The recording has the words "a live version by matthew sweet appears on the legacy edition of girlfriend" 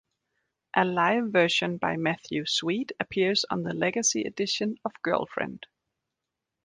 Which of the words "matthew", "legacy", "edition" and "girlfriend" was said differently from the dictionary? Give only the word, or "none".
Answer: none